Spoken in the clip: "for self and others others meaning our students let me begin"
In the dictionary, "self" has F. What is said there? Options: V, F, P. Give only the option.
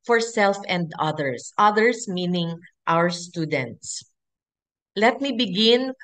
F